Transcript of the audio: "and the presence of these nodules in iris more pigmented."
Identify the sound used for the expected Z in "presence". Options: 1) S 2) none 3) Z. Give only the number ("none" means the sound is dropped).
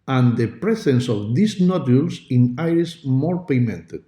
1